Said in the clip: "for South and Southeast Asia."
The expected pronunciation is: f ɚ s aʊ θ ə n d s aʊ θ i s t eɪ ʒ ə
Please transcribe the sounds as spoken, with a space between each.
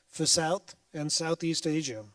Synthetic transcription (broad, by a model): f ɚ s aʊ θ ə n s aʊ θ i s t eɪ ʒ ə